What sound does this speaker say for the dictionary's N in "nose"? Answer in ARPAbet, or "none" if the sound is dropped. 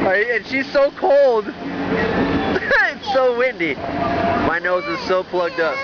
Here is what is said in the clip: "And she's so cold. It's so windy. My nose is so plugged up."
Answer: N